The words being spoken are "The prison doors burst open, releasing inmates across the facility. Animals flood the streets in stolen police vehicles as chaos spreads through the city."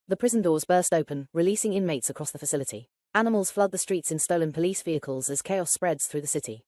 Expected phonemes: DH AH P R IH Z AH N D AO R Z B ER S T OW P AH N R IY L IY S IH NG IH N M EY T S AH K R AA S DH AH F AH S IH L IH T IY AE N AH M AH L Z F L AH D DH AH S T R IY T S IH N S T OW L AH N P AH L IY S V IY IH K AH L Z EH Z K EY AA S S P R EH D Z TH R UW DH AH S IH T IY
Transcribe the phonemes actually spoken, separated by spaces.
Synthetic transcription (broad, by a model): DH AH P R IH Z AH N D AO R Z B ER S T OW P AH N R IY L IY S IH NG IH N M EY T S AH K R AA S DH AH F AH S IH L IH T IY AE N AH M AH L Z F L AH D DH AH S T R IY T S IH N S T OW L AH N P AH L IY S V IY IH K AH L Z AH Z K EY AA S S P R EH D Z TH R UW DH AH S IH T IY